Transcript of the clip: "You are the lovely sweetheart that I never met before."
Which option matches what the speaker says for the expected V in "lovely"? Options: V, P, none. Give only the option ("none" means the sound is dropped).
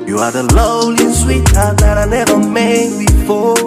none